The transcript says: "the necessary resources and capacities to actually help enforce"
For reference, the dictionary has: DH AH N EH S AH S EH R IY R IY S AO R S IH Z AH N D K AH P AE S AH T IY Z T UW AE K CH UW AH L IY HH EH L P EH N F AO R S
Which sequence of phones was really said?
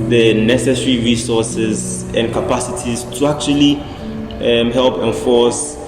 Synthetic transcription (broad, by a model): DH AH N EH S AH S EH R IY R IY S AO S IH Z AH N D K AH P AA S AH T IY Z T UW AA K CH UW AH L IY HH EH L P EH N F AO S